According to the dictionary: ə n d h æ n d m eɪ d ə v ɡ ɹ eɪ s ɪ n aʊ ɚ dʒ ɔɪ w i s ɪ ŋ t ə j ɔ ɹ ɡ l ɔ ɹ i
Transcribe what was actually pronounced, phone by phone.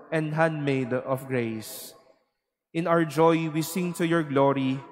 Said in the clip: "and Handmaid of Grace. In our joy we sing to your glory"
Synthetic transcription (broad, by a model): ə n d h æ n d m eɪ d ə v ɡ ɹ eɪ s ɪ n aʊ ɚ dʒ ɔɪ w i s ɪ ŋ t ə j ɔ ɹ ɡ l ɔ ɹ i